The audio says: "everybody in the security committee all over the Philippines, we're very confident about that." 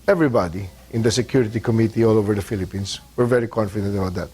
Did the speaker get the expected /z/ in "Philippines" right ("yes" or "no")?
no